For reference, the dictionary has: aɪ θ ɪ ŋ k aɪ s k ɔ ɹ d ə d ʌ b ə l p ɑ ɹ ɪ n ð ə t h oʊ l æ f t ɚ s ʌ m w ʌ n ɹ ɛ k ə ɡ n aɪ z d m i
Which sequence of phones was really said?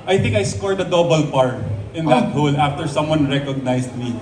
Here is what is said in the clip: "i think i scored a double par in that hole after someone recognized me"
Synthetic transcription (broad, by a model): aɪ θ ɪ ŋ k aɪ s k ɔ ɹ d ə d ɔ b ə l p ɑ ɹ ɪ n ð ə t h oʊ l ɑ f t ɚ s ʌ m w ʌ n ɹ ɛ k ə ɡ n aɪ s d m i